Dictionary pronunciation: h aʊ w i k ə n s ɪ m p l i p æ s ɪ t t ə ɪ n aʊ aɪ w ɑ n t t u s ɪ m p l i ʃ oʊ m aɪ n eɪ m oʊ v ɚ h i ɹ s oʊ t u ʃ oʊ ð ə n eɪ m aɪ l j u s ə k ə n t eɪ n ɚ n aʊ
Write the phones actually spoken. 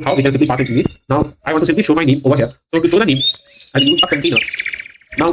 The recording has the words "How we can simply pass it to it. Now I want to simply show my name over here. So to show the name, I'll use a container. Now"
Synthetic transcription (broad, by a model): h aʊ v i k ə n s ɪ m p l i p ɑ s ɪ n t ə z n aʊ aɪ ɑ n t t u s ɪ m p l i ʃ oʊ m aɪ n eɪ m oʊ v ɚ h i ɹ s oʊ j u ʃ oʊ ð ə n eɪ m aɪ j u ə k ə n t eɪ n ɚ n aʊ